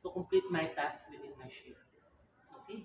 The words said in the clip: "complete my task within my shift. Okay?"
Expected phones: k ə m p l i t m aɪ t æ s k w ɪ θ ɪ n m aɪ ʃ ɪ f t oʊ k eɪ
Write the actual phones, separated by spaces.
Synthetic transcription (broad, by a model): k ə m p l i t m aɪ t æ s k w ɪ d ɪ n m aɪ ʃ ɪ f oʊ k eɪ